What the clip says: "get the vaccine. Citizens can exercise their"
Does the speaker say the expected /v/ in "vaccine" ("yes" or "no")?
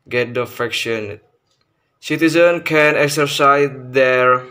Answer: no